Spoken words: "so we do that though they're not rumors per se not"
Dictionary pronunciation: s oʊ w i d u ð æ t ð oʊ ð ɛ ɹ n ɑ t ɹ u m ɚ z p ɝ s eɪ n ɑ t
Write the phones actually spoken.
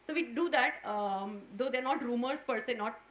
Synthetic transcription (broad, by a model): s oʊ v i d u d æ t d oʊ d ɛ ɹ n ɑ t ɹ u m ɚ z p ɝ s eɪ n ɑ t